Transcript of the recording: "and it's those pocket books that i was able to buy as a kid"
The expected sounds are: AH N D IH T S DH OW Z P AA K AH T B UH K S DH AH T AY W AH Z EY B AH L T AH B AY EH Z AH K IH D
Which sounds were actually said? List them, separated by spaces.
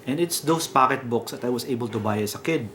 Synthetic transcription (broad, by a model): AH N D IH T S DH OW S P AA K AH T B UH K S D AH T AY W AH S EY B AH L T AH B AY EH S AH K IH D